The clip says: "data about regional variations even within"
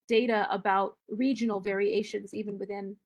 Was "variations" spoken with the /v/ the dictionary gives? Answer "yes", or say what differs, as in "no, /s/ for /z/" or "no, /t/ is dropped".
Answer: yes